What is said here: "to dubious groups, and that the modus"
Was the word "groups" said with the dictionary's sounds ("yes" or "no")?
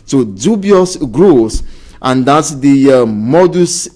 no